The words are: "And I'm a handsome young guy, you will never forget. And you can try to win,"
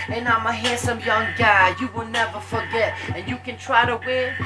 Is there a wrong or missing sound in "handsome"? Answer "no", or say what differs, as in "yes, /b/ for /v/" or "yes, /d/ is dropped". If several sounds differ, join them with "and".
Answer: yes, /n/ is dropped